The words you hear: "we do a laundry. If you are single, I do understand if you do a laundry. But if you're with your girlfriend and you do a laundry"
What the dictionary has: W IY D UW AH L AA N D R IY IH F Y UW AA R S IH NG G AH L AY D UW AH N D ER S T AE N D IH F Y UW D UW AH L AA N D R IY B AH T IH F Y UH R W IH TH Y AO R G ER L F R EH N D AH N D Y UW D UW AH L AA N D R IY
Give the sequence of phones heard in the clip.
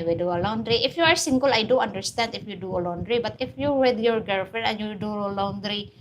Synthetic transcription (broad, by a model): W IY D UW AH L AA N D R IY IH F Y UW AA R S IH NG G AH L AY D UW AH N D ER S T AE N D IH F Y UW D UW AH L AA N D R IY B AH T IH F Y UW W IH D Y AO R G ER F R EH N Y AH D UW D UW AH L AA N D R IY